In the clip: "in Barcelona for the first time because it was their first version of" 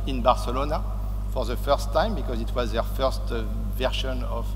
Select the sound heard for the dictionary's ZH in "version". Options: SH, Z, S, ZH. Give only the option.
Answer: SH